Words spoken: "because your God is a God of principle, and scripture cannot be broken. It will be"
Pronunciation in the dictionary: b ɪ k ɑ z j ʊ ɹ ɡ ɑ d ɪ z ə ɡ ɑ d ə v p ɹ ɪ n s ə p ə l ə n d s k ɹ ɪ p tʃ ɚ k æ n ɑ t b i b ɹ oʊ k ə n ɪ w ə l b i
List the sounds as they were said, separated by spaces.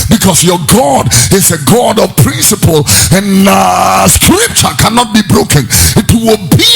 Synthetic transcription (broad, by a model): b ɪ k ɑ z j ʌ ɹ ɡ ɑ d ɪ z ə ɡ ɑ d ə v p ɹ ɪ n s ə p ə l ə n s k ɹ ɪ p tʃ ɚ k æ n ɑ t b i b ɹ oʊ k ə n ɪ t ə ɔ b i